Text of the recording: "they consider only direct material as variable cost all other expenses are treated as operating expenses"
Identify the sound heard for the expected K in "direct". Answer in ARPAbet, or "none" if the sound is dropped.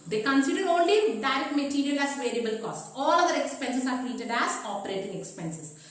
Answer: none